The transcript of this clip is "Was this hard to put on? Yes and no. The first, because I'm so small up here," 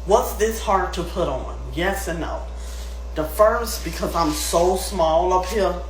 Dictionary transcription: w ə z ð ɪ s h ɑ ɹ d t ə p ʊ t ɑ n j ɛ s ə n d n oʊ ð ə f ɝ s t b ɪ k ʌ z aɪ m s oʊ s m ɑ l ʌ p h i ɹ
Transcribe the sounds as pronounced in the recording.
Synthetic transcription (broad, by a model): w ə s ð ɪ s h ɑ ɹ d t ə p ʊ t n n j ɛ s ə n n oʊ ð ə f ɝ s t b ɪ k ʌ z aɪ m s oʊ s m ɑ l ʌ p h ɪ